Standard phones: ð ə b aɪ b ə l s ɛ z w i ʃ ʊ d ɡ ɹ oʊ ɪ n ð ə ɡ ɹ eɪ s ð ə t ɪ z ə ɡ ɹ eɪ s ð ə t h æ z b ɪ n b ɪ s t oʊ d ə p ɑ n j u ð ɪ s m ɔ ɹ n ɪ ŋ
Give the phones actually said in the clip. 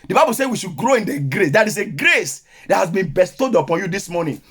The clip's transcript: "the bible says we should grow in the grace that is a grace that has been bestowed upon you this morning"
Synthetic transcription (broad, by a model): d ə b aɪ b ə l s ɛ w i ʃ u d ɡ ɹ oʊ ɪ n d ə ɡ ɹ eɪ s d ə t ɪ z ə ɡ ɹ eɪ s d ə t h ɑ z b ɪ n b ɪ s t oʊ d ə p ɑ n j u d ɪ s m ɔ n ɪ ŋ